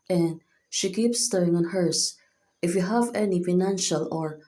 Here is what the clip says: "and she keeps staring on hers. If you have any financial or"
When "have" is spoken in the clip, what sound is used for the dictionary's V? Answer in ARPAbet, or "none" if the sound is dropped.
V